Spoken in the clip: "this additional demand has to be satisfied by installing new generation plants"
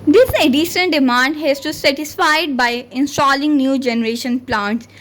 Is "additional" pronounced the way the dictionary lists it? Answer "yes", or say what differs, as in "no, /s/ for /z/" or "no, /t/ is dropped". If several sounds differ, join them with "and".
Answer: no, /n/ is dropped and /n/ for /l/